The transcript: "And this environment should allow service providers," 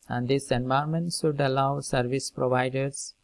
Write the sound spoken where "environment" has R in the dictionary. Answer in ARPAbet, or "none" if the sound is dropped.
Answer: none